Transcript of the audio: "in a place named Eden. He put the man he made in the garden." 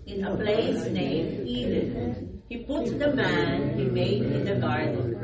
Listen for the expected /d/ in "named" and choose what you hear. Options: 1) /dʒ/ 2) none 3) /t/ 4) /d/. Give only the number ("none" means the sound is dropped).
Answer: 2